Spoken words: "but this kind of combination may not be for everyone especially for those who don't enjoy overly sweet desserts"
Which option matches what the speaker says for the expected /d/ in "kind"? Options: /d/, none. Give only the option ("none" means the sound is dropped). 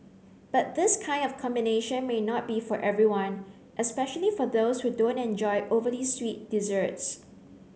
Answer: /d/